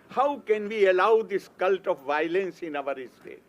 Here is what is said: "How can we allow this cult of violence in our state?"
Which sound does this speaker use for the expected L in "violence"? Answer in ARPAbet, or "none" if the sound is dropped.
L